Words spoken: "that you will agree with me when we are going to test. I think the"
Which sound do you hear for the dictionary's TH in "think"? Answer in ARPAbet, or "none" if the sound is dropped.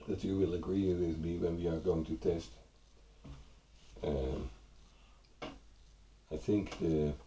TH